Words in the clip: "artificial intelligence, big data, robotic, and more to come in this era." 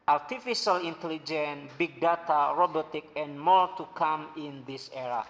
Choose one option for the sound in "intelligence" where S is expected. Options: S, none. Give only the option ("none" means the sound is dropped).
none